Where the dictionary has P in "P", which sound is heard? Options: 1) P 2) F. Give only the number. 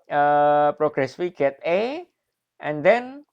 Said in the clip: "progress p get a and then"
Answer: 2